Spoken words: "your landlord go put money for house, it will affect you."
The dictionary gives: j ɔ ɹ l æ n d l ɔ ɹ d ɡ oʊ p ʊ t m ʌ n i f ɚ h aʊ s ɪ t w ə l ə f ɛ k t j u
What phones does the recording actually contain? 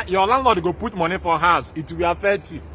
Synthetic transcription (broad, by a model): j ɔ l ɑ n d l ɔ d ɡ oʊ p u t m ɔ n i f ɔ h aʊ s ɪ t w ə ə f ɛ t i